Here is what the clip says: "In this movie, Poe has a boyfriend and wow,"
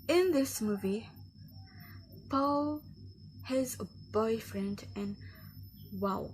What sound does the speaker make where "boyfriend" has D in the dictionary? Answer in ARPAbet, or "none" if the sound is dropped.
D